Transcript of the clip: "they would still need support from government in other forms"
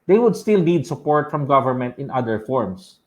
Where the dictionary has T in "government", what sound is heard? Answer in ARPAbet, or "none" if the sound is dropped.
T